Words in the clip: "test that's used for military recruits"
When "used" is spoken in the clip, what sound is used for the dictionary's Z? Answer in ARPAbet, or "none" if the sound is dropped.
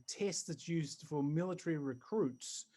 Z